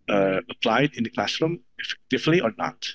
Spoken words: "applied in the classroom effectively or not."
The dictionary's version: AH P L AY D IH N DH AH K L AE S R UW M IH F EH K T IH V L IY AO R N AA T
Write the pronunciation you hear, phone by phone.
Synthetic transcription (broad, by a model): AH P L AY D IH N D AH K L AE S R UW M IH F EH K T IH V L IY AO R N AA T